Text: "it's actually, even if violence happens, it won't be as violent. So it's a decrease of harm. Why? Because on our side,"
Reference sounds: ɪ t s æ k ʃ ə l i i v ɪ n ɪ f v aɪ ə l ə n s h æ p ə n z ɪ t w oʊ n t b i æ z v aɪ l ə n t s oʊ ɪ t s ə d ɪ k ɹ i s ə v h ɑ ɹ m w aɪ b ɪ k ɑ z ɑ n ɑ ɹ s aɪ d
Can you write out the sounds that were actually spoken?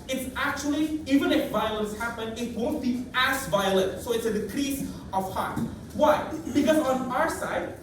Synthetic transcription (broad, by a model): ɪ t s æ k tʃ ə l i i v ɪ n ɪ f v aɪ ə l ə n s h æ p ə n ɪ t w oʊ n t b i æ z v aɪ l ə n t s oʊ ɪ t s ə d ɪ k ɹ i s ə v h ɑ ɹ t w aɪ b ɪ k ɑ z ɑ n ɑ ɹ s aɪ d